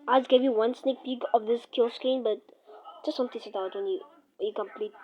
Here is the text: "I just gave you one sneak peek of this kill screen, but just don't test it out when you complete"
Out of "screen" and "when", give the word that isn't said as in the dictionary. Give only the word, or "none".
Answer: screen